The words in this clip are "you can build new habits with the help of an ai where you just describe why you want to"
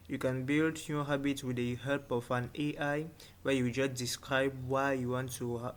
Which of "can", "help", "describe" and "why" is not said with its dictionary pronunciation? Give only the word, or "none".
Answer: help